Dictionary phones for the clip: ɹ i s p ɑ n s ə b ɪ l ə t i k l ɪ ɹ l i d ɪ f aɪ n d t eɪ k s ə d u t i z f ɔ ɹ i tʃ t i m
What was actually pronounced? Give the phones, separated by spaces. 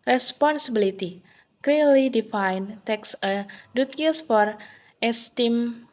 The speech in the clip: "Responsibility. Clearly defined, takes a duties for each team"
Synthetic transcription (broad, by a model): ɹ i s p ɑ n s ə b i l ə t i k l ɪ l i d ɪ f aɪ n t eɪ k s ə d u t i s f ɔ ɹ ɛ s t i m